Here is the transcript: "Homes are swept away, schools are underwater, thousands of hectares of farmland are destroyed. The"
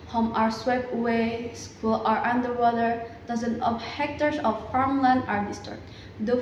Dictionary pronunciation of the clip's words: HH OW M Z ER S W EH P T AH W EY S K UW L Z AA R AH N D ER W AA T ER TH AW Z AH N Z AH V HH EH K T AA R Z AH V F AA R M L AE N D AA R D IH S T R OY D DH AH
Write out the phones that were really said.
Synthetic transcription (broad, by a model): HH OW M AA ER S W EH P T W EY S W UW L AA R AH N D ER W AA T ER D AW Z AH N AH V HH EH K T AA R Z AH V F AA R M L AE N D AA R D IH S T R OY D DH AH